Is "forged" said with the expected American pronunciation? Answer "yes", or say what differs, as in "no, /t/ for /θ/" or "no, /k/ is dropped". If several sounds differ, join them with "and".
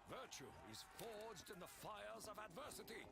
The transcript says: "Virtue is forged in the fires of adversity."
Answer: yes